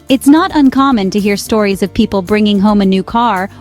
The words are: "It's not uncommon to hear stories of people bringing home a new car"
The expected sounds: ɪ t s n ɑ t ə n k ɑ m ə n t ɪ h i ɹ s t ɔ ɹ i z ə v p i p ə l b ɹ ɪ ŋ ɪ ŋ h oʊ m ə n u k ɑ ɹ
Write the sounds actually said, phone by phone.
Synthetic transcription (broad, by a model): ɪ t s n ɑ t ə n k ɑ m ə n t ɪ h i ɹ s t ɔ ɹ i z ə v p i p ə l b ɹ ɪ ŋ ɪ ŋ h oʊ m ə n u k ɑ ɹ